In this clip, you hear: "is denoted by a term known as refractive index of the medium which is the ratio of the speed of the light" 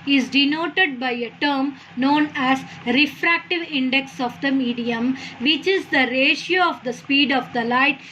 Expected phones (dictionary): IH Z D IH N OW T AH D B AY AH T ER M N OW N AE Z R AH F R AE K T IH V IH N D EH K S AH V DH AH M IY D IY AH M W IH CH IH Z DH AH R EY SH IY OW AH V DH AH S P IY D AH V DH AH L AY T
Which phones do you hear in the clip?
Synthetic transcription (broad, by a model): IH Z D IH N OW T AH D B AY AH T ER M N OW N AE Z R AH F R AE K T IH V IH N D EH K S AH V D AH M IY D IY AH M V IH CH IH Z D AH R EY SH IY OW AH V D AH S P IY D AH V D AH L AY T